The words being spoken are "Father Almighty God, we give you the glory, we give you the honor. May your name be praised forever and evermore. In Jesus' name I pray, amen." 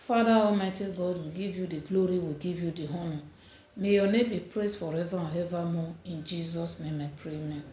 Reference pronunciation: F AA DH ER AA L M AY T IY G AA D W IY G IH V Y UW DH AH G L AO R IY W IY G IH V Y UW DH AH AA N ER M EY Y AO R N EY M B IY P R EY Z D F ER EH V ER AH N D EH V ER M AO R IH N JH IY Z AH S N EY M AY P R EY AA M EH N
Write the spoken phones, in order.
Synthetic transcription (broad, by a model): F AA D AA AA M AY T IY G AA D W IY G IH V Y UW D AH G L AO R IY W IY G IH V Y UW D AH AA N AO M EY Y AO N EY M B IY P R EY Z F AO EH V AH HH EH V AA M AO IH N JH IY Z AH S N EY M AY P R EY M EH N